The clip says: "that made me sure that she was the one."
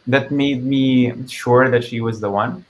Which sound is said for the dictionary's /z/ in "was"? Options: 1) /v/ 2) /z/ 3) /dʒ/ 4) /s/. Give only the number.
2